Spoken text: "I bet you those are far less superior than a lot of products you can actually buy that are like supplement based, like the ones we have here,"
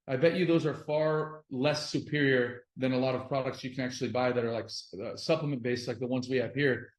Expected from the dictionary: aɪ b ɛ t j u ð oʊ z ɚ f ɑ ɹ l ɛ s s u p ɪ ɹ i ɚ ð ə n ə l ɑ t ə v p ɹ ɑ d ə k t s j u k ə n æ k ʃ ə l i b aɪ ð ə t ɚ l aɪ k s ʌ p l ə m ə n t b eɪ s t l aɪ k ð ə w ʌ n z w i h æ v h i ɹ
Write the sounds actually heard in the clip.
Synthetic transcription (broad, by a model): aɪ b ɛ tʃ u ð oʊ z ɚ f ɑ ɹ l ɛ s s u p ɪ ɹ i ɚ ð ə n ə l ɑ t ə v p ɹ ɑ d ə k t s j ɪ k ə n æ k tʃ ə l i b aɪ ð ə t ɚ l aɪ k s ʌ p l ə m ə n b eɪ s t l aɪ k ð ə w ʌ n z w i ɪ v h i ɹ